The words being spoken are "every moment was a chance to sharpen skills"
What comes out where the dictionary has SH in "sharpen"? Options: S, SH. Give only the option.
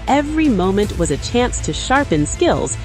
SH